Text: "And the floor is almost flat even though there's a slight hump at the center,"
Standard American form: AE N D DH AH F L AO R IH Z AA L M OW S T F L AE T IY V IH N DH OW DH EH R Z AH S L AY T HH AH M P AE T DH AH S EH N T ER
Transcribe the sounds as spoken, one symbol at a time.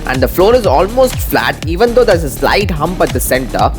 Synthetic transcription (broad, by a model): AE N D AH F L AO R IH Z AA L M OW S T F L AE T IY V IH N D OW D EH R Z AH S L AY T HH AH M P AE T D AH S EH N T ER